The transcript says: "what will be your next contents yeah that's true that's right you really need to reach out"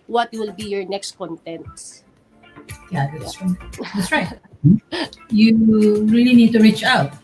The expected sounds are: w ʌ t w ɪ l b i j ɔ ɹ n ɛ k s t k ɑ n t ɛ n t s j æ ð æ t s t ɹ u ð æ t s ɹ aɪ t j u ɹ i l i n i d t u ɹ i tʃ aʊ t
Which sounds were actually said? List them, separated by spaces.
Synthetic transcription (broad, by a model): w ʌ t w ɪ l b i j ɔ ɹ n ɛ k s t k ɑ n t ɛ n t s j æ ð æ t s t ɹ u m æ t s ɹ aɪ t j u ɹ i l i n i d t u ɹ i tʃ aʊ t